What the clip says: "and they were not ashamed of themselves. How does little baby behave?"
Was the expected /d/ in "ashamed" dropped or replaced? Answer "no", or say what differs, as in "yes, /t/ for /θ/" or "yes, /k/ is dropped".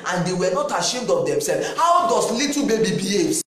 no